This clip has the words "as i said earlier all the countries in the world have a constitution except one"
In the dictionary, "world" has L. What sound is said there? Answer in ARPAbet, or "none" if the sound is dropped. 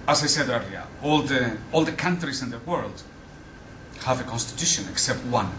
L